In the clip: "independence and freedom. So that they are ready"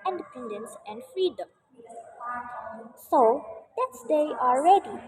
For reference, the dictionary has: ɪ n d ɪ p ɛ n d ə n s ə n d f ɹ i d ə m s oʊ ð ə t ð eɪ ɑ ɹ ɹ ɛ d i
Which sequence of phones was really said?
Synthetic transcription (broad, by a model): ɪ n d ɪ p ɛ n d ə n s ə n d f ɹ i d ə m s oʊ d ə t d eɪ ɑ l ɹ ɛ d i